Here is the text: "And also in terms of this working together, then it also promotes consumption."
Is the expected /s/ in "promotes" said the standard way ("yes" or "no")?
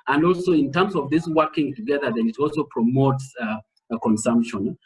yes